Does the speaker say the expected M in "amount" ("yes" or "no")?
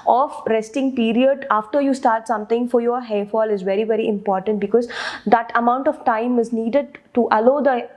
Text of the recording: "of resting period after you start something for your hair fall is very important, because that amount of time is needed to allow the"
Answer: yes